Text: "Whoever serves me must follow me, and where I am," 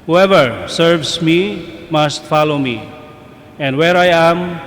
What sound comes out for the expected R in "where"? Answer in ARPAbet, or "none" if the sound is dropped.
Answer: R